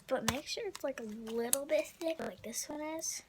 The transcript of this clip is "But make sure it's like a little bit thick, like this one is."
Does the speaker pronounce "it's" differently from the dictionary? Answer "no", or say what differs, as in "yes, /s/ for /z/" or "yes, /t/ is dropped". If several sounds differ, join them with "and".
no